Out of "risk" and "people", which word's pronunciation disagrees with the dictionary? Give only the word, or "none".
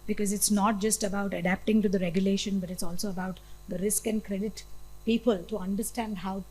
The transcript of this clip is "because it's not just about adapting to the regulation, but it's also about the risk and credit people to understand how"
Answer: none